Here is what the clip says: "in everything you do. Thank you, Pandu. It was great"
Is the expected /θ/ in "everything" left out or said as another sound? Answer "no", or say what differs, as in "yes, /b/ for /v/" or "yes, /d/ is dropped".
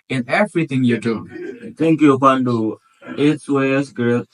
yes, /t/ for /θ/